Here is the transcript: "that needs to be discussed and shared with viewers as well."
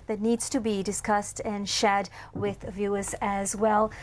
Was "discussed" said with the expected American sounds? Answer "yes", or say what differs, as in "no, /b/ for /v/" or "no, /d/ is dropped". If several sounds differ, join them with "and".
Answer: yes